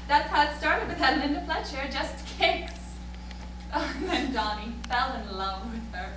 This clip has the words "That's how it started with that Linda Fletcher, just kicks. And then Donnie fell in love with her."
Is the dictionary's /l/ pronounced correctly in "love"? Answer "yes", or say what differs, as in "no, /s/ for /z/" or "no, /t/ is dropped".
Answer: yes